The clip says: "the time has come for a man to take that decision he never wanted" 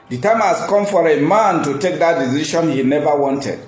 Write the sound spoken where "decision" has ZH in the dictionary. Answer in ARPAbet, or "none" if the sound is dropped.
SH